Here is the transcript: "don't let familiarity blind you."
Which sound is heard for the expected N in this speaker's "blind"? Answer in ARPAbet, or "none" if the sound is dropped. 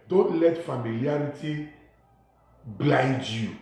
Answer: none